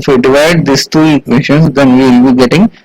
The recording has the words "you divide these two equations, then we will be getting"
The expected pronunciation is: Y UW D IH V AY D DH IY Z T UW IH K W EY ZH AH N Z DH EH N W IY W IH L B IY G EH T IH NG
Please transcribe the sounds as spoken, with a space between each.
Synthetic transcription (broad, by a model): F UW D IH V AY D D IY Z T UW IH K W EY SH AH N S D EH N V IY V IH L B IY G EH T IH NG